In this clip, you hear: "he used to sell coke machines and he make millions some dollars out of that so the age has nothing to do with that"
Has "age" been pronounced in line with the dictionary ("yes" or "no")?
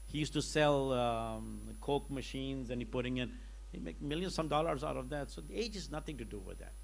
yes